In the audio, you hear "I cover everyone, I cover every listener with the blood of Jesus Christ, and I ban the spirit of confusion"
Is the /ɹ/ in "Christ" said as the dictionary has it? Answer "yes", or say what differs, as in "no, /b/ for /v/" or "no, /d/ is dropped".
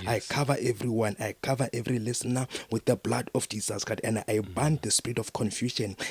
no, /ɹ/ is dropped